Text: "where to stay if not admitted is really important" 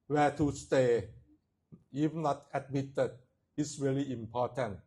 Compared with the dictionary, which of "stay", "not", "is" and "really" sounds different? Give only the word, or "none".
is